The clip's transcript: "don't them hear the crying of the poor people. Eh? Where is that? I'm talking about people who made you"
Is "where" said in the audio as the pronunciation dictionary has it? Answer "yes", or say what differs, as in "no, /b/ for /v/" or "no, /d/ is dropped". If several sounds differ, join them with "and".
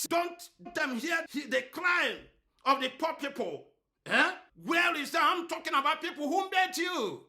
no, /l/ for /ɹ/